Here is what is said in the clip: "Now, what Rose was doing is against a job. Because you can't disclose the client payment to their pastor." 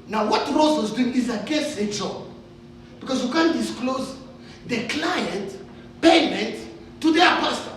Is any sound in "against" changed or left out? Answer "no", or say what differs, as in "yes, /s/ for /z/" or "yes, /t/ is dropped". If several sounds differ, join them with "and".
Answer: yes, /n/ is dropped and /t/ is dropped